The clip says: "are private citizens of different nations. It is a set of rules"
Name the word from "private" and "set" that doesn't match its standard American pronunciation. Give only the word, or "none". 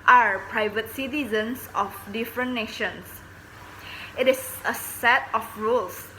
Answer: none